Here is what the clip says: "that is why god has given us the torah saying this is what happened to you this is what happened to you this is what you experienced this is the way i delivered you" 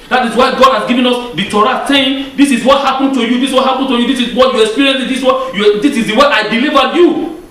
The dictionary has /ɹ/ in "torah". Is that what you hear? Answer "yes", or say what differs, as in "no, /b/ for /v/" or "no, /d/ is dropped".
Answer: yes